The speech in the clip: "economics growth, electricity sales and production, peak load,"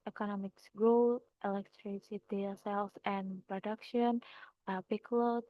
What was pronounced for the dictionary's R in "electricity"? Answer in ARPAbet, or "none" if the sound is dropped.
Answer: R